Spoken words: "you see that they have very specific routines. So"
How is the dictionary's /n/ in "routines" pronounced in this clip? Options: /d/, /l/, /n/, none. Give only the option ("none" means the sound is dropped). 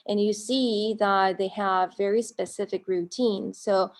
/n/